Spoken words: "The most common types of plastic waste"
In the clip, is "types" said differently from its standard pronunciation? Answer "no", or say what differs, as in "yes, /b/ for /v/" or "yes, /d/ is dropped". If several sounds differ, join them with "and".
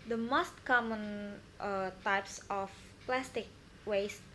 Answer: no